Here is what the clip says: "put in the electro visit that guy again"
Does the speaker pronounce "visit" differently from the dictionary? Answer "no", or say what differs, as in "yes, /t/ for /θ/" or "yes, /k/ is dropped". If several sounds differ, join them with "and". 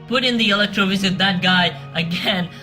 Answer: no